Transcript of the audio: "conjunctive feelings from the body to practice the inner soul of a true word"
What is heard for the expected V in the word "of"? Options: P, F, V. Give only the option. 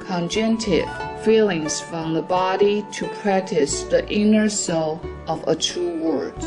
V